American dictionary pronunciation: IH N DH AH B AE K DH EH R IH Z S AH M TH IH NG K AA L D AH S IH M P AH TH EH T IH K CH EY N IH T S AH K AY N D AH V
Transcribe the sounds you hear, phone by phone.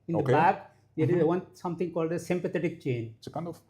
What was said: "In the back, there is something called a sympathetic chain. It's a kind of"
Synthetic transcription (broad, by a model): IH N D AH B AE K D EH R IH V S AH M T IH NG K AA L D AH S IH M P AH T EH T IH K CH EY N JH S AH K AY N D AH